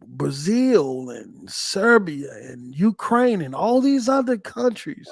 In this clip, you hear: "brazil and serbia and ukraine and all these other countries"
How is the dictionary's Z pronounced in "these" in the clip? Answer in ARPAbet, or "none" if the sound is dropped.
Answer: Z